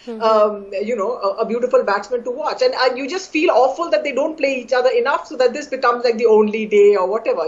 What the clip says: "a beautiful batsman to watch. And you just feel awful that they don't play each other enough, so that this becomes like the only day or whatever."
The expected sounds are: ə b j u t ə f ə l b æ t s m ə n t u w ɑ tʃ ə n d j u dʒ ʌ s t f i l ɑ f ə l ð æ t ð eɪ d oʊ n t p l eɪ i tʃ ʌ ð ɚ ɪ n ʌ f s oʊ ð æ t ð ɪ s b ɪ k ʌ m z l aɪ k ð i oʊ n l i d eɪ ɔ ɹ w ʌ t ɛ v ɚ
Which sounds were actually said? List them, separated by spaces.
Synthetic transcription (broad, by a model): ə b j u t ə f ə l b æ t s m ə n t u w ɑ tʃ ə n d j u dʒ ʌ s t f i l ɑ f ə l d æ t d eɪ d oʊ n t p l eɪ i tʃ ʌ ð ɚ ɪ n ʌ f s oʊ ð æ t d ɪ s b ɪ k ʌ m z l aɪ k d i oʊ n l i d eɪ ɔ ɹ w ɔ t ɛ v ɚ